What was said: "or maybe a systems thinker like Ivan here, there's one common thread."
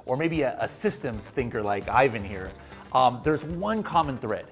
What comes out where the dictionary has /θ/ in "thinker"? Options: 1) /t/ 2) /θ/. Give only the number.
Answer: 2